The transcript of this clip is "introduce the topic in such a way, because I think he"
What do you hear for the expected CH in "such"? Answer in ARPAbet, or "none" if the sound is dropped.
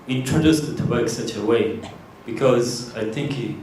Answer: CH